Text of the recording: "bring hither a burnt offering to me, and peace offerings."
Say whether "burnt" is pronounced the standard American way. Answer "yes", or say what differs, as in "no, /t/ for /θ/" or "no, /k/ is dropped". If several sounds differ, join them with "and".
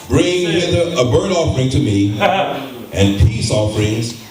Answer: no, /n/ is dropped